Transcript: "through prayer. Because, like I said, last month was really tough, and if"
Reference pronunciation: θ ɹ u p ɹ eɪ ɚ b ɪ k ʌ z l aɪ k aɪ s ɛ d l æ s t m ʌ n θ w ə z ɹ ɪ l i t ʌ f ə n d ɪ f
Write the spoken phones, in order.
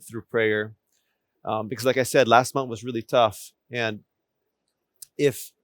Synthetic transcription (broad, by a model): θ ɹ u p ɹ eɪ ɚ b ɪ k ʌ z l aɪ k aɪ s ɛ d l æ s t m ʌ n θ w ə z ɹ ɪ l i t ʌ f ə n ɪ f